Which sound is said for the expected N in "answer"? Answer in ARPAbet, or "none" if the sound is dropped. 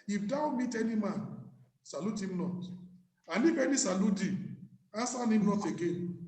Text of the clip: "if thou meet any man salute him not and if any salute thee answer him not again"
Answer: none